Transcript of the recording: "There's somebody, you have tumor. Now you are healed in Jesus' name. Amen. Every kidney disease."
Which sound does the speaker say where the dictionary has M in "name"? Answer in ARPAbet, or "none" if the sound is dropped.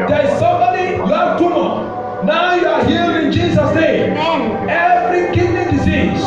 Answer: none